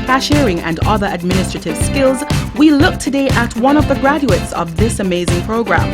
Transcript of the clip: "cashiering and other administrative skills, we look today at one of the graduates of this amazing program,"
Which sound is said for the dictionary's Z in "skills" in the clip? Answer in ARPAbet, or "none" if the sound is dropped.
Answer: Z